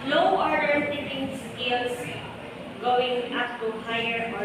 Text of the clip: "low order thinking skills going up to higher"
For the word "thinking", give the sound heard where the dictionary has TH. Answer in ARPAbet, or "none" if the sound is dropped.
T